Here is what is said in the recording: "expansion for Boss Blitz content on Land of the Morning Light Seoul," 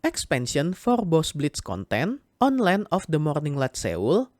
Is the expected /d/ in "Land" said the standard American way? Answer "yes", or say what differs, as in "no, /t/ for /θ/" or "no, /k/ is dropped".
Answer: no, /d/ is dropped